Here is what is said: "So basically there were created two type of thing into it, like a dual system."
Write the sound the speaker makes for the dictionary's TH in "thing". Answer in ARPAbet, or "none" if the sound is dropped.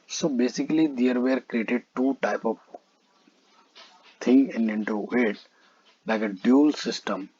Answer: T